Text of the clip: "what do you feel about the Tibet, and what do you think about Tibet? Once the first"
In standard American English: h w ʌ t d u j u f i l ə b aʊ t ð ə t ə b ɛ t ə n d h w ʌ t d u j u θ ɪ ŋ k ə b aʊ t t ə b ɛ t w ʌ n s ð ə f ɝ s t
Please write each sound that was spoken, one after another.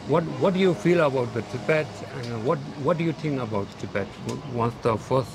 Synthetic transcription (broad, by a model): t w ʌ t d u j u f i l ə b aʊ t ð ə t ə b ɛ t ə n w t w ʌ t d u j u t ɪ ŋ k ə b aʊ t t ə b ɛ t w ʌ n s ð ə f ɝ s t